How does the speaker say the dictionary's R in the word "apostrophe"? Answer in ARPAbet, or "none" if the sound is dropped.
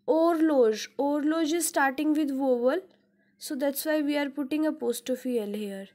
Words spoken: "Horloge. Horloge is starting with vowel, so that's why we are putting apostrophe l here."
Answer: none